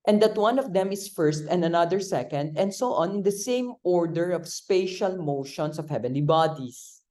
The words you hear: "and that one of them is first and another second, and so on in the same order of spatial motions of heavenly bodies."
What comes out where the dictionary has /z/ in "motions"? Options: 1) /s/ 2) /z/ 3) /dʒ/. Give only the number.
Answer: 1